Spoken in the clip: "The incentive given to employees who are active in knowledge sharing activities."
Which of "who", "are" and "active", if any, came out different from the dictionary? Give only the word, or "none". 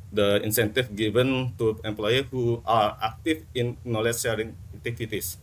active